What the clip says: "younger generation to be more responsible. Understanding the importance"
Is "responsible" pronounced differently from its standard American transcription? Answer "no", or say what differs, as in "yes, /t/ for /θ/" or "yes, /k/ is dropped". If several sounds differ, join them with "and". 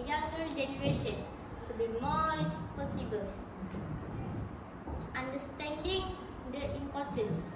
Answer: yes, /n/ is dropped